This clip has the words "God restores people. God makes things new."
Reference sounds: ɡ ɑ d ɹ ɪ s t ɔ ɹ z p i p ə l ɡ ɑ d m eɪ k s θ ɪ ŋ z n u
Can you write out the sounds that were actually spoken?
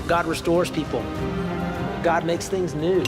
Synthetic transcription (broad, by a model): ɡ ɑ d ɹ ɪ s t ɔ ɹ z p i p l ɡ ɑ d m eɪ k s θ ɪ ŋ z n u